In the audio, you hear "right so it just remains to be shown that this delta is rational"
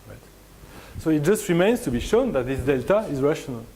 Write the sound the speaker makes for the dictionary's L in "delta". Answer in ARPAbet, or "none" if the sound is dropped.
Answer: L